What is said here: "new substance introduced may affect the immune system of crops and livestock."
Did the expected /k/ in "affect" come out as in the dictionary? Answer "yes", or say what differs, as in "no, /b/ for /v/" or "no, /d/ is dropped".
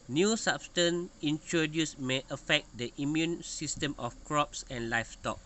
yes